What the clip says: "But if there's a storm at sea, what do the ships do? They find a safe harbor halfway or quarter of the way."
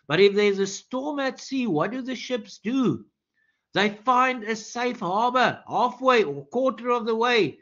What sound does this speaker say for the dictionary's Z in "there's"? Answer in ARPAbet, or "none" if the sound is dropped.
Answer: Z